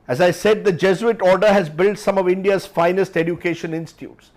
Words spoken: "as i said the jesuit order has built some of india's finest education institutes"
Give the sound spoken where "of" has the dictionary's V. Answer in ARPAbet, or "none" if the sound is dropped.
V